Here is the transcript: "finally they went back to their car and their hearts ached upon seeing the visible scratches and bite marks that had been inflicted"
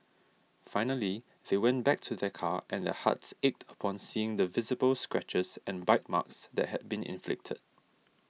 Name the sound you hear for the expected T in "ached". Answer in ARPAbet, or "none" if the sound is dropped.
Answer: T